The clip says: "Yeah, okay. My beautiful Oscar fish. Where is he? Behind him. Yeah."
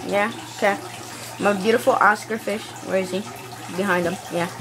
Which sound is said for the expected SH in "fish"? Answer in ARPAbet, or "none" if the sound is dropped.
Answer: SH